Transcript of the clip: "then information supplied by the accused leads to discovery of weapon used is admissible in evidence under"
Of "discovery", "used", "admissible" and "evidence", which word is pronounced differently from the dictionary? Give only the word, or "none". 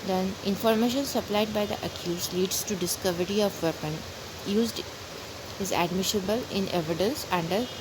admissible